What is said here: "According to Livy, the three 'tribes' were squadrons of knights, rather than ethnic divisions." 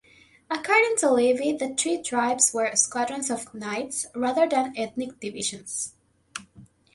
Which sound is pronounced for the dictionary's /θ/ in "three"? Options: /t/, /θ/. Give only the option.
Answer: /t/